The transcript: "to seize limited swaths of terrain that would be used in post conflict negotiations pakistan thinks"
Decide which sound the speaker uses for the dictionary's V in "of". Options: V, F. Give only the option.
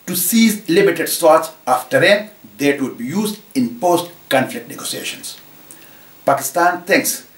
F